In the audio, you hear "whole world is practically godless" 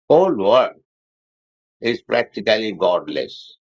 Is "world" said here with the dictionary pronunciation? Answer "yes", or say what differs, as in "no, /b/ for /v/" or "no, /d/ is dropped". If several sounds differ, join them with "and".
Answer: no, /l/ is dropped